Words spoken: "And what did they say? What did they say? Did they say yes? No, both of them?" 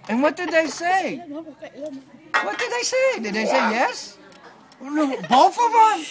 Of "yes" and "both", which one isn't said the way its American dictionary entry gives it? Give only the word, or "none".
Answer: both